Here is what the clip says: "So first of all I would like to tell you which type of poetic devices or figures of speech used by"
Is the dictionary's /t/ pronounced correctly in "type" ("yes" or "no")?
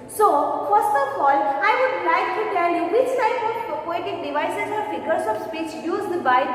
no